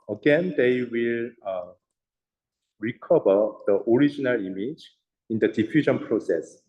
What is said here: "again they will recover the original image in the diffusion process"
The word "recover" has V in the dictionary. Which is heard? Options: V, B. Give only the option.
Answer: B